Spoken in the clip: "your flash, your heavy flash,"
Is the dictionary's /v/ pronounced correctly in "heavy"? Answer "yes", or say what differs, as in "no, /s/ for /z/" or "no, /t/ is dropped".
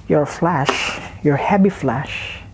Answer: no, /b/ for /v/